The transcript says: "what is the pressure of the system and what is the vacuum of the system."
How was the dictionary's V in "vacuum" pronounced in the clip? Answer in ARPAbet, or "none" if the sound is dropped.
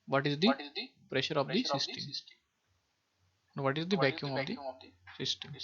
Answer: B